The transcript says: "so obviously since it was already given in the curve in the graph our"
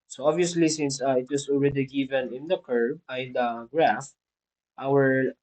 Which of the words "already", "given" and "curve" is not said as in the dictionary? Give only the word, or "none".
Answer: curve